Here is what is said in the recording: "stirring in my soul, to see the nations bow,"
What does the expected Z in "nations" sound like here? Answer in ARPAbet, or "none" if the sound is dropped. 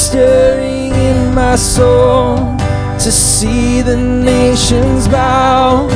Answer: Z